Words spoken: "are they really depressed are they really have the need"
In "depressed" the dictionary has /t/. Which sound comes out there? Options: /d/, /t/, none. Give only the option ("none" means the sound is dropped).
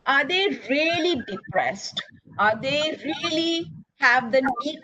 /t/